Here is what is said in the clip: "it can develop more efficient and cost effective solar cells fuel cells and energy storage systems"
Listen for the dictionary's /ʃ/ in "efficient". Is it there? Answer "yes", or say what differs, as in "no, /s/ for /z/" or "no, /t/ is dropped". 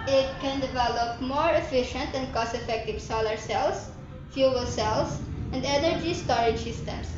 yes